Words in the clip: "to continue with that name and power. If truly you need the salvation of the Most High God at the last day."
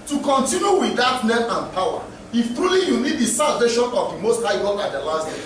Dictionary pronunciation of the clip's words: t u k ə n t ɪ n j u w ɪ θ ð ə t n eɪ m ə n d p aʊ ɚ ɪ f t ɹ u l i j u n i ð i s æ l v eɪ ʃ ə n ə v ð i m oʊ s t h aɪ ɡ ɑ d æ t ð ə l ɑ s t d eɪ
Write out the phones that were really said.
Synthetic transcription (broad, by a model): t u k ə n t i n j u w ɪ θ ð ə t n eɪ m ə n p aʊ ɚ ɪ f t ɹ u l i j u n i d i s æ l v eɪ ʃ ə n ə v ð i m oʊ s t h aɪ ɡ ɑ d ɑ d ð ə l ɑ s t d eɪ